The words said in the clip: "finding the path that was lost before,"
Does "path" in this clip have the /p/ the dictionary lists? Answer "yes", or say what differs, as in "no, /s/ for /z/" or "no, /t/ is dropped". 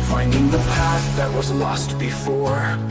yes